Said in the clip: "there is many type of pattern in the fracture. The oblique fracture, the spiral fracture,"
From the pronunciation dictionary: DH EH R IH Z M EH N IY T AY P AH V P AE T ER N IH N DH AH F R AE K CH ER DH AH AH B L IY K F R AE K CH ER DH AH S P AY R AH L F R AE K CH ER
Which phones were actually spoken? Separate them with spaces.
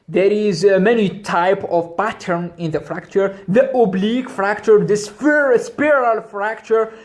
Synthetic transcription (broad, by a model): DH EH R IH Z M EH N IY T AY P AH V P AE T ER N IH N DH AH F R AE K CH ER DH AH AH B L IY K F R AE K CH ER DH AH S P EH R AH L F R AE K CH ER